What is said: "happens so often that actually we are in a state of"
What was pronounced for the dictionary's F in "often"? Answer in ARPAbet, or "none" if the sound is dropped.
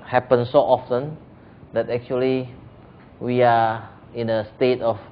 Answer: F